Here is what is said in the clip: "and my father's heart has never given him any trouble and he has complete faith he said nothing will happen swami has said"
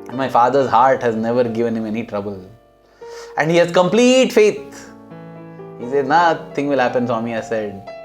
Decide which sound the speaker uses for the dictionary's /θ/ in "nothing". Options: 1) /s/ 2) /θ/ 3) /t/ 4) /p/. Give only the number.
3